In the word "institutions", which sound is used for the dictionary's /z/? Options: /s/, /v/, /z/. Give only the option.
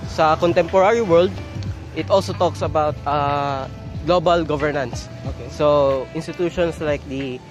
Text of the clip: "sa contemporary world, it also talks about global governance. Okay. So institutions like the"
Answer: /s/